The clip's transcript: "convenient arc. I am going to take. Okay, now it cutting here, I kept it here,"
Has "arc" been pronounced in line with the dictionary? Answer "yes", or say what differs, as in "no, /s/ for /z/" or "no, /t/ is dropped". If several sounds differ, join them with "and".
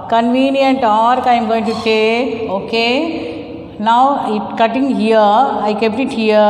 yes